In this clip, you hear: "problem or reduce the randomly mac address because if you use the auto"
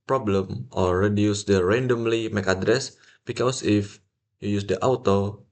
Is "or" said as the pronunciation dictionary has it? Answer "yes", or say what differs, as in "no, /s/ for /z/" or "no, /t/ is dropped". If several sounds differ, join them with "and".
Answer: no, /l/ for /ɹ/